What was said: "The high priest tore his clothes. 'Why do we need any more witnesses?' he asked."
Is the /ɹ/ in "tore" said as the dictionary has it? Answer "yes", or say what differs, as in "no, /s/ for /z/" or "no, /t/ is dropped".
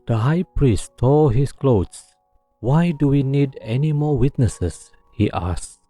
no, /l/ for /ɹ/